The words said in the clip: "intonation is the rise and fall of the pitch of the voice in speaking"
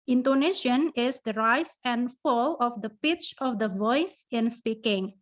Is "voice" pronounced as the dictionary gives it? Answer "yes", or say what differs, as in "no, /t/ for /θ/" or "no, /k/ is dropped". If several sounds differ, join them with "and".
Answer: yes